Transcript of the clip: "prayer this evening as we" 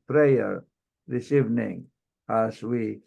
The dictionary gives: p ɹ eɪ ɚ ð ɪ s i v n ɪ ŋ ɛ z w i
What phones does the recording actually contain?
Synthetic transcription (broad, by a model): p ɹ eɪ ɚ ð ɪ s i v n ɪ ŋ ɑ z w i